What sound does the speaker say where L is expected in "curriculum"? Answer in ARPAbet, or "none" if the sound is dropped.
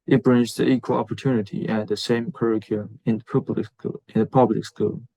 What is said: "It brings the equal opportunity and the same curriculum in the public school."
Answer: N